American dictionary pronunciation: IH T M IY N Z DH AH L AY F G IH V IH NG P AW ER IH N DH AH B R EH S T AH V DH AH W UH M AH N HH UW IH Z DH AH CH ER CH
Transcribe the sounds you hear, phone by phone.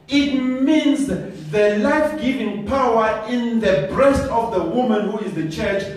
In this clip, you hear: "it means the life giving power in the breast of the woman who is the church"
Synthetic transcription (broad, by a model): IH T M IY N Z DH AH L AY F G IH V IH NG P AW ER IH N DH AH B R EH S T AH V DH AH W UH M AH N HH UW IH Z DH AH CH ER CH